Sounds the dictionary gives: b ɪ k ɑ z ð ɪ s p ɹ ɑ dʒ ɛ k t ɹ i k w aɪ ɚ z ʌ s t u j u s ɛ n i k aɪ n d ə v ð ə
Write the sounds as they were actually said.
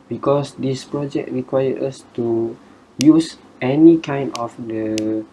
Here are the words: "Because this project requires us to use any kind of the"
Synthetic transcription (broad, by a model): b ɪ k ɑ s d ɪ s p ɹ ɑ dʒ ɛ k t ɹ i k w aɪ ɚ ʌ s t u j u s ɛ n i k aɪ n d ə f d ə